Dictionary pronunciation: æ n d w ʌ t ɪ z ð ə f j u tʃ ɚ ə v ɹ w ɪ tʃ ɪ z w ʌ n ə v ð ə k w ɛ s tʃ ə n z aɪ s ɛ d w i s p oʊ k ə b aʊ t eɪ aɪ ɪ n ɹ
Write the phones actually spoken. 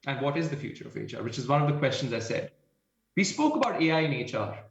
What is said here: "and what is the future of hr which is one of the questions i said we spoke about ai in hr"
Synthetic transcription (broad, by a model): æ n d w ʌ t ɪ z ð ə f j u tʃ ɚ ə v ɹ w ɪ tʃ ɪ z w ʌ n ə v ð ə k w ɛ s tʃ ə n z aɪ s ɛ d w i s p oʊ k ə b aʊ t eɪ aɪ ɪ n ɹ